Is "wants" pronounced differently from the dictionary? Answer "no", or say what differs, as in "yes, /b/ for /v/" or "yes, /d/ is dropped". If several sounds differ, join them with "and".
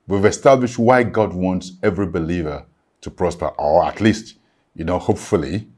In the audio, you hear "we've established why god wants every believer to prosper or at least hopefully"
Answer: no